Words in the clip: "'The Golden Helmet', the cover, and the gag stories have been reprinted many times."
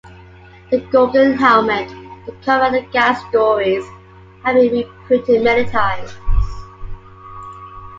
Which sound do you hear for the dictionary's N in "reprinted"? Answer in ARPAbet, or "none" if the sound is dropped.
none